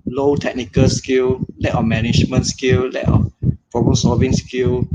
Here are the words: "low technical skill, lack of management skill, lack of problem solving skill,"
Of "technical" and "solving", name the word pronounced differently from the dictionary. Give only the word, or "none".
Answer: solving